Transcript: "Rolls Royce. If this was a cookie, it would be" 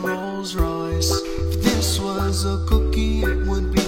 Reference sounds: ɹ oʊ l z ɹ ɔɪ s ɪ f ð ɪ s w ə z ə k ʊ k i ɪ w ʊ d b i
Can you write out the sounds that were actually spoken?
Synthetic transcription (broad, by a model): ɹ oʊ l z ɹ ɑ ɪ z ð ɪ s w ə z ə k ʊ k i ɪ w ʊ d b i